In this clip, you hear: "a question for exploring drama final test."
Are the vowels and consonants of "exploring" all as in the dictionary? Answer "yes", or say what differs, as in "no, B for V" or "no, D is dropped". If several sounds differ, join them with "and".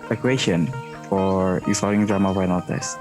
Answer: no, K is dropped